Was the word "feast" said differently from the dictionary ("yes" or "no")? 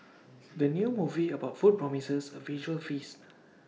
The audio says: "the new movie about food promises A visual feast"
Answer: yes